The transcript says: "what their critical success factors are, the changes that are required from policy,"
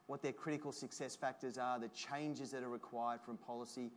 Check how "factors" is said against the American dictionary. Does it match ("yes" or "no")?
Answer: yes